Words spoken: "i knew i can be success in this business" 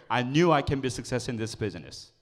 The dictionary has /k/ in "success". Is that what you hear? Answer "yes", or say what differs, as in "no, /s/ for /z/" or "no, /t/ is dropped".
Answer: yes